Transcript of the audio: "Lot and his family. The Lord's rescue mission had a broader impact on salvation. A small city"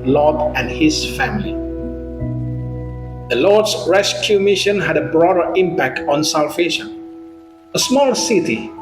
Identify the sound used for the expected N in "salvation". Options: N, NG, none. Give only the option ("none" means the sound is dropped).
none